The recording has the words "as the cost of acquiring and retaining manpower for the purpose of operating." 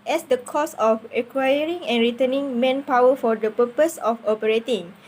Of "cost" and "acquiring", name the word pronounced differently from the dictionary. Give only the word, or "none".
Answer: cost